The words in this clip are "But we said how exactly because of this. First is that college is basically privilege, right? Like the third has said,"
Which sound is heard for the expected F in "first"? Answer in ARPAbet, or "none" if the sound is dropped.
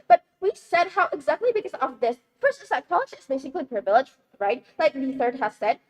P